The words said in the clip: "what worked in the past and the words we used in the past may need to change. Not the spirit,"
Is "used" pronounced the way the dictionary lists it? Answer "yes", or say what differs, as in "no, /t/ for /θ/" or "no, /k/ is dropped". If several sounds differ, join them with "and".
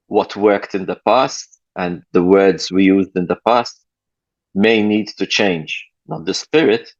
yes